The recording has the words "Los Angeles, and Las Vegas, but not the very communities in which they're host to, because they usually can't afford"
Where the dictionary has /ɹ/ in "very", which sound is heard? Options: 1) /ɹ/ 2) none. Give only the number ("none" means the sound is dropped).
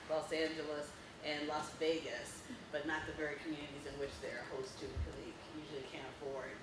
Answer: 1